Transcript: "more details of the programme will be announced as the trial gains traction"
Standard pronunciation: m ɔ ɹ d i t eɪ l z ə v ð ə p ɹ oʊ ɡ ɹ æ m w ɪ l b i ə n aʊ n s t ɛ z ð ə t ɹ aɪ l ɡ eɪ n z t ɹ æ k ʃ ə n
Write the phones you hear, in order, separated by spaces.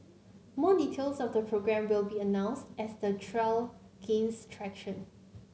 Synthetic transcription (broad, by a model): m ɔ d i t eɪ l s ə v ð ə p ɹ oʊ ɡ ɹ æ m w ɪ l b i ə n aʊ n s t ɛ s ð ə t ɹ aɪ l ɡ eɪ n s t ɹ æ k ʃ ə n